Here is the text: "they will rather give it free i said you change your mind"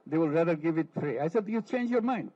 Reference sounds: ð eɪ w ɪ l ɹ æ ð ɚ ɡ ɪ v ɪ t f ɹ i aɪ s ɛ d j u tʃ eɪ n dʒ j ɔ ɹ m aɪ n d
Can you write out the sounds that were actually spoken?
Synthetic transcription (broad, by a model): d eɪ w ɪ l ɹ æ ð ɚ ɡ ɪ v ɪ t p ɹ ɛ aɪ s ɛ d j u tʃ eɪ n dʒ j ɔ ɹ m aɪ n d